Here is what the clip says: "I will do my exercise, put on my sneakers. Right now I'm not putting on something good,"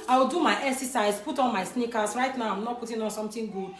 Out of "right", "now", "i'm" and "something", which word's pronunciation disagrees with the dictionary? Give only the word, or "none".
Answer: something